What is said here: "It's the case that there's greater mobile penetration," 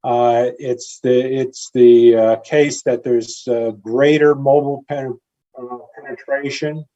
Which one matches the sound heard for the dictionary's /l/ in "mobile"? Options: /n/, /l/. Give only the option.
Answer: /n/